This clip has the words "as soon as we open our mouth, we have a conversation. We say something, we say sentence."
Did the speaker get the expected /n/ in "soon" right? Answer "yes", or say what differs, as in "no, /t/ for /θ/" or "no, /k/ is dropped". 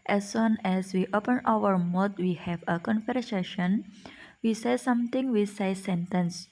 yes